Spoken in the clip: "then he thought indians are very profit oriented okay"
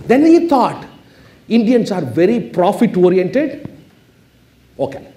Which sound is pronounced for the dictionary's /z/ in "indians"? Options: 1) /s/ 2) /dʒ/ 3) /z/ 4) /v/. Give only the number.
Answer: 1